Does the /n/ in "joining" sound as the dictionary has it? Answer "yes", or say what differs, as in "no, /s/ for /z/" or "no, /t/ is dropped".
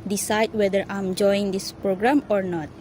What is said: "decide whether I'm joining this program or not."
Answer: no, /n/ is dropped